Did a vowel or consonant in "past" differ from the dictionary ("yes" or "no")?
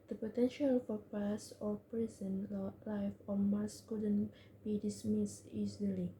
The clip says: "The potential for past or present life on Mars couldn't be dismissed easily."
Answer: yes